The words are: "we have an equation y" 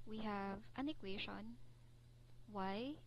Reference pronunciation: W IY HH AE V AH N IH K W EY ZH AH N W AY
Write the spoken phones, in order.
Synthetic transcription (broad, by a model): W IY HH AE V AH N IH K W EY SH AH N W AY